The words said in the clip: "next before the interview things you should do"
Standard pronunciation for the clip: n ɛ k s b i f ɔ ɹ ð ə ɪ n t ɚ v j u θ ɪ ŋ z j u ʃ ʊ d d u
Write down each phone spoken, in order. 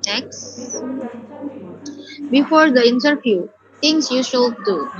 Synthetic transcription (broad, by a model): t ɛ k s b i f ɔ ɹ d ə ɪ n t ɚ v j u t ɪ ŋ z j u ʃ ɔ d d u